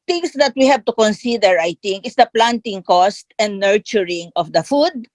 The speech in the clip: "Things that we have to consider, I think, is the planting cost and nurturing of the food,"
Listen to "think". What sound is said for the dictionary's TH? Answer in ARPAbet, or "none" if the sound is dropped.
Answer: T